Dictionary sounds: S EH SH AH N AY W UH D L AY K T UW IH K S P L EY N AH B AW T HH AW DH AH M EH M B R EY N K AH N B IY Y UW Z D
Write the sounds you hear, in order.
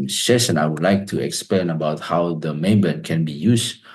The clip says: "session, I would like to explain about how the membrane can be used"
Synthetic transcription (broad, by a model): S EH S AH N AY W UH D L AY K T UW IH K S P L EY N AH B AW T HH AW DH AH M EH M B EY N K AH N B IY Y UW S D